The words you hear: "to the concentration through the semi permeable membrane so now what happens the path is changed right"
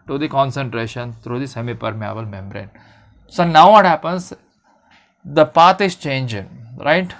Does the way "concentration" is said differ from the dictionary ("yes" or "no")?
no